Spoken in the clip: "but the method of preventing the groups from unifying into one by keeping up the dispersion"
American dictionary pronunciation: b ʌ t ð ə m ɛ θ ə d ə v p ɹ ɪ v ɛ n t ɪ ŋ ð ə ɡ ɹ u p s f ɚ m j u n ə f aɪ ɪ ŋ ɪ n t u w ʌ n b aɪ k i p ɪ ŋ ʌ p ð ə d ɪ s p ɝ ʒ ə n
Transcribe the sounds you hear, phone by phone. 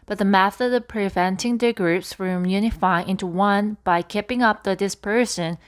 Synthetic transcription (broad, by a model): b ʌ t ð ə m ɛ θ ə d ə v p ɹ ɪ v ɛ n t ɪ ŋ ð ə ɡ ɹ u p s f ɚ m j u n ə f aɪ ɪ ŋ ɪ n t u w ʌ n b aɪ k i p ɪ ŋ ʌ p ð ə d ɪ s p ɝ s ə n